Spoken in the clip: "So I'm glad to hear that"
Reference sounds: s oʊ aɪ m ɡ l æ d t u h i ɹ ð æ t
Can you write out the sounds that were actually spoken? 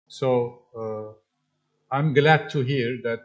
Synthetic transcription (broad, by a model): s oʊ aɪ m ɡ l æ d t u h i ɹ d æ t